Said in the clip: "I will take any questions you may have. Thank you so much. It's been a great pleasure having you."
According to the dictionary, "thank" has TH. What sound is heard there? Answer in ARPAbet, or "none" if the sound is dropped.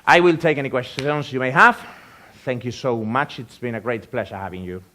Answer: TH